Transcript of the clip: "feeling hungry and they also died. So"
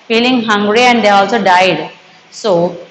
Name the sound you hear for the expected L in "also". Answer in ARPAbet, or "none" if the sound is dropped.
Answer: L